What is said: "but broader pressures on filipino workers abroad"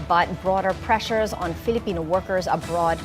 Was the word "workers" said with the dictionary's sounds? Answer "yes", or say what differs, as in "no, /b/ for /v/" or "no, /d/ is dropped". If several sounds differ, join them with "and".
yes